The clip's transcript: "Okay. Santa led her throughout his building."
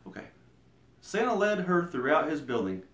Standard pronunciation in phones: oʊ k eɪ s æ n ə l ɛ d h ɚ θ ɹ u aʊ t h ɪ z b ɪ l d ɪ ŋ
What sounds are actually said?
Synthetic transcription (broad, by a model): oʊ k eɪ s æ n ə l ɛ d ɚ θ ɹ u aʊ t h ɪ z b ɪ l d ɪ ŋ